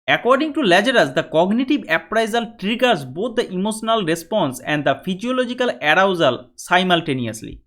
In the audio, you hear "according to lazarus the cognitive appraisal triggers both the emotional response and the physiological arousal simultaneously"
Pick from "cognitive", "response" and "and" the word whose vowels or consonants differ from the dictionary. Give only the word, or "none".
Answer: cognitive